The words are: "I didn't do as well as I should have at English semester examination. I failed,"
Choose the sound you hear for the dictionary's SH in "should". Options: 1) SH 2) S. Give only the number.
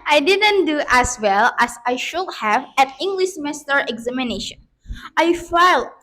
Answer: 1